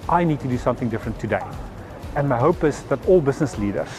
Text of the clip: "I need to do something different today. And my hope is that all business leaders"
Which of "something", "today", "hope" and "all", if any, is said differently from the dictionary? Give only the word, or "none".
none